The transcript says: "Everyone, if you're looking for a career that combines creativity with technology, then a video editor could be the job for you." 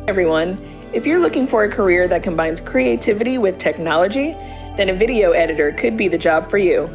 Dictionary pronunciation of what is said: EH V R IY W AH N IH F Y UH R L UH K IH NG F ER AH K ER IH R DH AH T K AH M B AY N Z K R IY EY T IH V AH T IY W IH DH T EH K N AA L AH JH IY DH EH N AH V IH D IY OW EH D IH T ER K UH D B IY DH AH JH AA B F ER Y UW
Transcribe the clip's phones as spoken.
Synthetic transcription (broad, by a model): EH V R IY W AH N IH F Y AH R L UH K IH NG F ER AH K ER IH R DH AH T K AH M B AY N Z K R IY EY T IH V AH T IY W IH DH T EH K N AA L AH JH IY DH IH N AH V IH D IY OW EH D IH T ER K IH D B IY DH AH JH AA B F ER Y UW